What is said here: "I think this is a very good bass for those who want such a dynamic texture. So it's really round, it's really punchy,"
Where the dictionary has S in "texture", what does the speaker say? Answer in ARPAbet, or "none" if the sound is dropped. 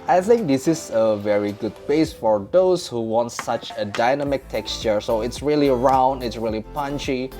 S